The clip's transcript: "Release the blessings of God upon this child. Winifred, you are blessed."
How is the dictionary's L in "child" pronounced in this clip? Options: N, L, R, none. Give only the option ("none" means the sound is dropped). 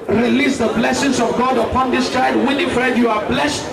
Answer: none